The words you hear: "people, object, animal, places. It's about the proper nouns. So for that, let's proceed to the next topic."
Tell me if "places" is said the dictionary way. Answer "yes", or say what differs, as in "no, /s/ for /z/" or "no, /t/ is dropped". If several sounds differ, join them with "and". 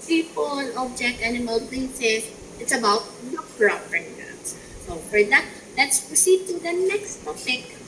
no, /s/ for /z/